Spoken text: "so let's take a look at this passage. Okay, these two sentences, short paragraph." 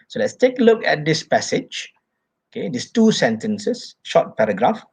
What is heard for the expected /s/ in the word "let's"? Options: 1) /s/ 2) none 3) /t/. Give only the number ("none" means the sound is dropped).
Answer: 1